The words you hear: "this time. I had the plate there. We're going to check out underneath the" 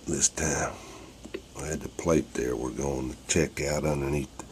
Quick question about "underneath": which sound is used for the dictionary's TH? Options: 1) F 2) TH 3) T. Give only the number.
2